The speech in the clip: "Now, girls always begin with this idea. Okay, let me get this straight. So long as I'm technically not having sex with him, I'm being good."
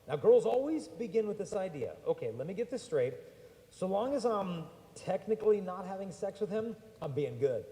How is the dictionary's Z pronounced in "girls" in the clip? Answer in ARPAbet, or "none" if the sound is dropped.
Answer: Z